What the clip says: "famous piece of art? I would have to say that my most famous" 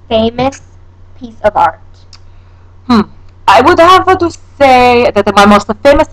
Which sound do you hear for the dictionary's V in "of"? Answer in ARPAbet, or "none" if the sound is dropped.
V